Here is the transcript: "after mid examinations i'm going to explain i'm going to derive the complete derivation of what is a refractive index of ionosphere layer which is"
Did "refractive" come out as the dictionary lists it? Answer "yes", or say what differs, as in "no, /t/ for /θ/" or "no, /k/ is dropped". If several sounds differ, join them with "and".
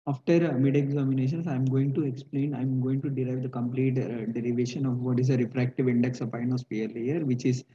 yes